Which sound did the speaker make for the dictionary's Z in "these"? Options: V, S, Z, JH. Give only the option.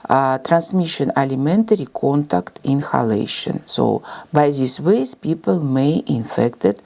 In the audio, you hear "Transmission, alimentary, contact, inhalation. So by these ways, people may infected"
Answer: S